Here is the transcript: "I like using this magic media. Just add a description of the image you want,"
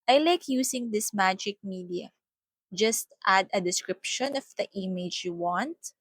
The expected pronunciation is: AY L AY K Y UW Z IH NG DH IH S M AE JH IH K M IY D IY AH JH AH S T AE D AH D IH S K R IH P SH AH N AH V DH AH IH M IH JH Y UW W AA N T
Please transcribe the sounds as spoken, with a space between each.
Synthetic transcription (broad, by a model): AY L AY K Y UW S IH NG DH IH S M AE JH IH K M IY D IY AH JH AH S T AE D AH D IH S K R IH P SH AH N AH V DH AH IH M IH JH Y UW W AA N T